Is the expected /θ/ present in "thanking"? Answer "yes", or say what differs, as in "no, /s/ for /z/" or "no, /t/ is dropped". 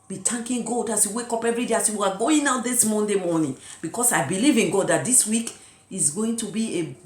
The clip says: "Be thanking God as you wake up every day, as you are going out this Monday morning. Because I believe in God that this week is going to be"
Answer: no, /t/ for /θ/